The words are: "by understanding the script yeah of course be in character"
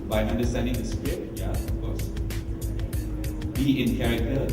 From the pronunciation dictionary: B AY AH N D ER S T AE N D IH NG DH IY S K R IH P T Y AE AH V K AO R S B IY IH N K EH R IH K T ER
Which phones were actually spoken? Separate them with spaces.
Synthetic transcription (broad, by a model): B AY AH N D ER S T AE N D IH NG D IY S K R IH T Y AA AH F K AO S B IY IH N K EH R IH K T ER